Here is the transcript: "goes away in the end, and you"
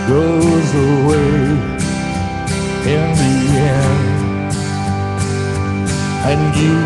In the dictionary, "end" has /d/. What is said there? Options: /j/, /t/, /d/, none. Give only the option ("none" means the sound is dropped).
none